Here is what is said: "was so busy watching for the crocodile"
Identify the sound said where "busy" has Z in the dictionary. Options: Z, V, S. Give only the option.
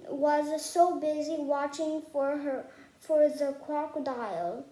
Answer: Z